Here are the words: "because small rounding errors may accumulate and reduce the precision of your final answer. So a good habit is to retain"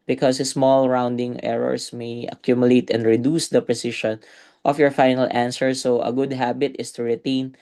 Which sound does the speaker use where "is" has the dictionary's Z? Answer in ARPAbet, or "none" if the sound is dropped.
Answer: S